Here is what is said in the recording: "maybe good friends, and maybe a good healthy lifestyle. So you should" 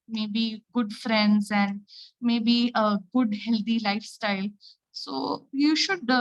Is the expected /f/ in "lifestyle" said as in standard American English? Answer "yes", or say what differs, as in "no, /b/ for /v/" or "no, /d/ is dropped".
yes